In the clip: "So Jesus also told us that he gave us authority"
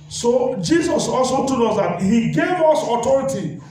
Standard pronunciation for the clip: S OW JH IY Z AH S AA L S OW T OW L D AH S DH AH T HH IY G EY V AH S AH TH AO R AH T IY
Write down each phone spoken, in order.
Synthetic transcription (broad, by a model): S OW JH IY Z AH S AA L S OW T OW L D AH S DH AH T HH IY G EY V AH S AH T AO R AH T IY